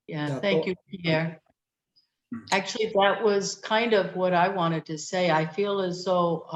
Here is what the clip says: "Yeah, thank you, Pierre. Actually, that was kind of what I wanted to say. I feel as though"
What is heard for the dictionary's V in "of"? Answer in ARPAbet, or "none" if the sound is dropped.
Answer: V